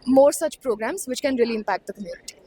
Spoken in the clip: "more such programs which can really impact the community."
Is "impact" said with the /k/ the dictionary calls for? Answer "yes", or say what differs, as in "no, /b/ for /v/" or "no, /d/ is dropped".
yes